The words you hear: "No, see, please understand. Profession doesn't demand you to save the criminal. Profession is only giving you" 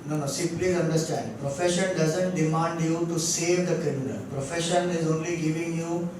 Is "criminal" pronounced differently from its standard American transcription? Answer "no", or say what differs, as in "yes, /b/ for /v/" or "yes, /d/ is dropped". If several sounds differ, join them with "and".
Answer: yes, /ɹ/ is dropped